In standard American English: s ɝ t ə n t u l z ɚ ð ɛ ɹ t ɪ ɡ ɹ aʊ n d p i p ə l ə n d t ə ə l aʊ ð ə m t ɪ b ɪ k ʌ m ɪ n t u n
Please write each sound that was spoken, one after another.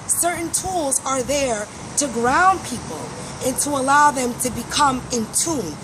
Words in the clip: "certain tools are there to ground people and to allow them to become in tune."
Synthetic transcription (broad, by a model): s ɝ t n t u l z ɚ ð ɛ ɹ t ɪ ɡ ɹ aʊ n p i p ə l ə n t ə ə l aʊ ð ə m t ɪ b ɪ k ʌ m ɪ n t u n